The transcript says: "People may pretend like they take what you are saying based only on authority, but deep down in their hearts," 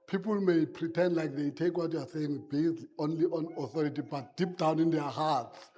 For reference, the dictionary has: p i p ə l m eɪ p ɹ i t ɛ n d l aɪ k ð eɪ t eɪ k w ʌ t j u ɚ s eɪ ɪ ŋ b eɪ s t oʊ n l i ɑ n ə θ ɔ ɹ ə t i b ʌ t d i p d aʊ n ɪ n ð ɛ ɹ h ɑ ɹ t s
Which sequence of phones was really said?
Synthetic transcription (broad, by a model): p i p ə l m eɪ p ɹ i t ɛ n d l aɪ k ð eɪ t eɪ k w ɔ t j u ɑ s eɪ ɪ ŋ b eɪ s t oʊ n l i ɑ n ə θ ɔ ɹ ə t i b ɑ t d i p d aʊ n ɪ n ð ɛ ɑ h ɑ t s